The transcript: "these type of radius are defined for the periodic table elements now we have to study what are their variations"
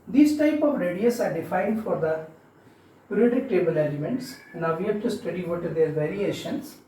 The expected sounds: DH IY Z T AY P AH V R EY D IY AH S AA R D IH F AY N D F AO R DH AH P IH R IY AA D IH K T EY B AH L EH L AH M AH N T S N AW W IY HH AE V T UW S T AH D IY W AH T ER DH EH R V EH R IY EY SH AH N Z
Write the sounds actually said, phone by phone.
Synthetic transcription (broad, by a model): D IY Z T AY P AH V R EY D IY AH S AA R D IH F AY N D F AO R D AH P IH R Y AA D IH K T EY B AH L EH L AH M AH N T S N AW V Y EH P T UW S T AH D IY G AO T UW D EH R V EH R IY EY SH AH N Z